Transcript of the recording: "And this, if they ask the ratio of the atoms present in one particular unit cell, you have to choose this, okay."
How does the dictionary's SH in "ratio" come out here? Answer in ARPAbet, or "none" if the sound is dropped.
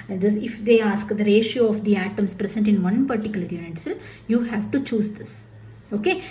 SH